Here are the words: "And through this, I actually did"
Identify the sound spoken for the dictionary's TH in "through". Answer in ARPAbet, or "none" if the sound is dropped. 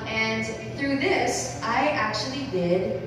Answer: TH